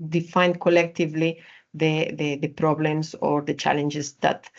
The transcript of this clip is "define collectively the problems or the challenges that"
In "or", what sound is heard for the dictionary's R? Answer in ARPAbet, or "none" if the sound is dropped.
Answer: R